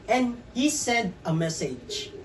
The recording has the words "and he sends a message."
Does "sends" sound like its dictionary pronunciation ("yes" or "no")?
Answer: no